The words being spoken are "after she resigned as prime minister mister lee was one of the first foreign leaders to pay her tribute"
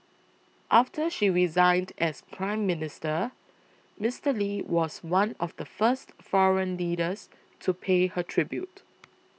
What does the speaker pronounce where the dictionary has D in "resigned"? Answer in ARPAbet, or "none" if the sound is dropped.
D